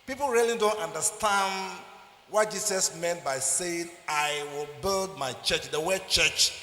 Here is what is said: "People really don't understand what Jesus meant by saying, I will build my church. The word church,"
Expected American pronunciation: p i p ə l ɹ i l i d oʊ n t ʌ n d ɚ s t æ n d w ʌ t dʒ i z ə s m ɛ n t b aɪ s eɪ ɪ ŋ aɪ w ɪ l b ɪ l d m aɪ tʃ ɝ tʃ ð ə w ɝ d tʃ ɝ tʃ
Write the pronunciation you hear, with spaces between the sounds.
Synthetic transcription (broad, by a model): p i p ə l ɹ i l i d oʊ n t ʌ n d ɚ s t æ n d w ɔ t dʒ i s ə s m ɛ n t b aɪ s eɪ ɪ ŋ aɪ w ɪ l b ɪ l d m aɪ tʃ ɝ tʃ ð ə w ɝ tʃ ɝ tʃ